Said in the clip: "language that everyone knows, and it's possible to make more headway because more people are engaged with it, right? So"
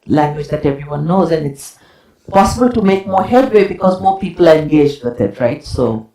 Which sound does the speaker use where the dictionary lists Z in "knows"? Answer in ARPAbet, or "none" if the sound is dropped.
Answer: Z